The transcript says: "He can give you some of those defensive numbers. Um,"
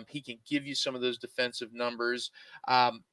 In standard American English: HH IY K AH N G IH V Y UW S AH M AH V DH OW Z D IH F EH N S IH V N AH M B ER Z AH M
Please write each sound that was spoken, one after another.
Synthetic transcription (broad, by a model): HH IY K AH N G IH V Y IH S AH M AH V DH OW Z D IH F EH N S IH V N AH M B ER Z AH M